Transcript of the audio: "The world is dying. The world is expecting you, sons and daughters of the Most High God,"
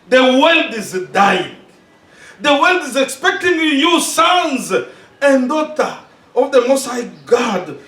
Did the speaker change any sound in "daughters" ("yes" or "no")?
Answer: yes